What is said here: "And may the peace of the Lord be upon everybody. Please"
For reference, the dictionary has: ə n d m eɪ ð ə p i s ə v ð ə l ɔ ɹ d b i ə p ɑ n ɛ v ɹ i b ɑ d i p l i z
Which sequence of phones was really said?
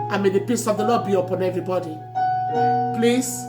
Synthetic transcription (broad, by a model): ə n m eɪ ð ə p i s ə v ð ə l ɔ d b i ə p ɑ n ɛ v ɹ i b ɑ d i p l i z